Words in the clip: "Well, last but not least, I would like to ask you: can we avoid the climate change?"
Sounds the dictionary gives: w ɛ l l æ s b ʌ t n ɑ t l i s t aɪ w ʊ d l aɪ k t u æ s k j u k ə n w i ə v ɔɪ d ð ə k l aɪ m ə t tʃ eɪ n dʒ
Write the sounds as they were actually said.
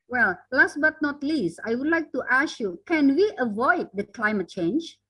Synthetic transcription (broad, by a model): w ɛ l l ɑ s b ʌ t n ɑ t l i s t aɪ w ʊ d l aɪ k t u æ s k j u k ə n w i ə v ɔɪ d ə k l aɪ m ə t tʃ eɪ n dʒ